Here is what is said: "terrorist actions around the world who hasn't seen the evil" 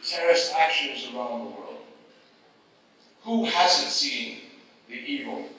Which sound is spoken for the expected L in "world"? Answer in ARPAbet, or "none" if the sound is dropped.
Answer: L